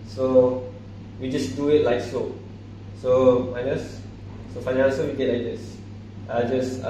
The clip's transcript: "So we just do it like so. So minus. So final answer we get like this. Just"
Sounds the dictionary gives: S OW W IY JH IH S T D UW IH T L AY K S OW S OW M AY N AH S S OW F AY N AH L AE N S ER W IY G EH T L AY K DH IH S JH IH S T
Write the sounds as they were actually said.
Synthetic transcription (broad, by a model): S OW W IY JH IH S D UW IH T L AY K S OW S OW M AY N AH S S OW F AY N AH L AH S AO W IY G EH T L AY K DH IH S JH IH S